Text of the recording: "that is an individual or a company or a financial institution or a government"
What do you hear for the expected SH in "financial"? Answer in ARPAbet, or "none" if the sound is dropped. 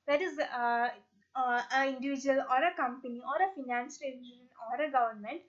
none